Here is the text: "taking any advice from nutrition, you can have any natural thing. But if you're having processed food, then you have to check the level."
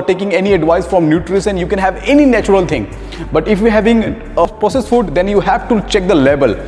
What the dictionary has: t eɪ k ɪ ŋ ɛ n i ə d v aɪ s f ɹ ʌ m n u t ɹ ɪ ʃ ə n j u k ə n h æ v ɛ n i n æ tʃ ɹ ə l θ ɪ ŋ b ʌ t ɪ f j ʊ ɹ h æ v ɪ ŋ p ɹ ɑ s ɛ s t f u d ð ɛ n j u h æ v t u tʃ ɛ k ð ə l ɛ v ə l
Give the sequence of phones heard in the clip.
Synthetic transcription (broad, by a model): t eɪ k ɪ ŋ ɛ n i ə d v aɪ s f ɹ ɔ m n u t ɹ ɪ s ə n j u k ə n h æ v ɛ n i n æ tʃ ɹ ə l t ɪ ŋ b ʌ t ɪ f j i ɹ h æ v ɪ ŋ p ɹ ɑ s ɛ s f u d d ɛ n j u h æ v t u tʃ ɛ k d ə l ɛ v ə l